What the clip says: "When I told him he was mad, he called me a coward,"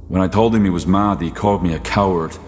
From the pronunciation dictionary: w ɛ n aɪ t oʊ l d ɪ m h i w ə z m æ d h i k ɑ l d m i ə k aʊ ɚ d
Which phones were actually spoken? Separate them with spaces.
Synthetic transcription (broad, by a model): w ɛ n aɪ t oʊ l d ɪ m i w ə z m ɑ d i k ɑ l d m i ə k aʊ ɚ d